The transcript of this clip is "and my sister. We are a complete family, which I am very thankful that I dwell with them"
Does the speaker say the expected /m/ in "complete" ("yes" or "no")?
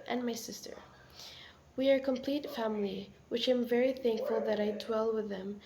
yes